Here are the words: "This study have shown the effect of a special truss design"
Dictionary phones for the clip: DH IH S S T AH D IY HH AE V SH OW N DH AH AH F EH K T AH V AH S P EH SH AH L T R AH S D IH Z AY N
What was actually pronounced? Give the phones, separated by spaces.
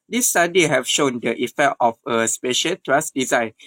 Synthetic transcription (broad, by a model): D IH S S T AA D IY HH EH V SH OW N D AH AH F EH K T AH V AH S P EH SH AH L T R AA S D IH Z AY N